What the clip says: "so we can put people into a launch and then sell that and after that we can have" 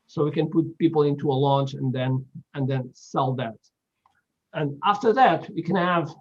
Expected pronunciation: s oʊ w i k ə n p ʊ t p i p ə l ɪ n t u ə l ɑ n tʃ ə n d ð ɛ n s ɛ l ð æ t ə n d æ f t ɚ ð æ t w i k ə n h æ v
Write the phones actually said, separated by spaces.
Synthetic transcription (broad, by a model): s oʊ w i k ə n p ʊ t p i p l ɪ n t u ə l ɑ n tʃ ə n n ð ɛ n s ɛ l ð æ t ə n æ f t ɚ ð æ t w i k ə n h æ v